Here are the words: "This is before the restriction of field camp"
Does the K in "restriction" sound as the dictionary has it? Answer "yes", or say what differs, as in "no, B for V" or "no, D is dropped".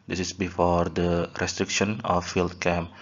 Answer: yes